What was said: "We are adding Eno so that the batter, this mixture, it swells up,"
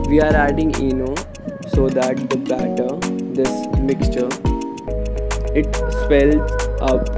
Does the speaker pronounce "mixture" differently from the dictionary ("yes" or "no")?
no